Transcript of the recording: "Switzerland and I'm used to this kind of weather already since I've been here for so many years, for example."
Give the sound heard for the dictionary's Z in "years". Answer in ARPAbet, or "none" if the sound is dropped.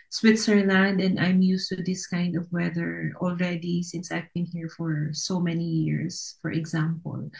S